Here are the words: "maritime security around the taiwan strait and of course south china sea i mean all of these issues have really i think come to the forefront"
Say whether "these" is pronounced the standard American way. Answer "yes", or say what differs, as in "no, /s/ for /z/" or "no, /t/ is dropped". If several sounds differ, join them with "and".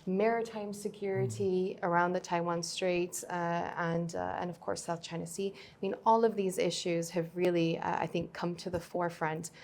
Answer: yes